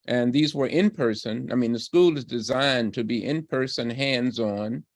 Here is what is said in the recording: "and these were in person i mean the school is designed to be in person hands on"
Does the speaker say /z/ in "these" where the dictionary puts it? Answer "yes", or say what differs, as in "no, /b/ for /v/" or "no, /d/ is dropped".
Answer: yes